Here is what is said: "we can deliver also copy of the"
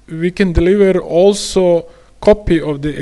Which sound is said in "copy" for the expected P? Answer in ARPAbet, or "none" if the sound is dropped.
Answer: P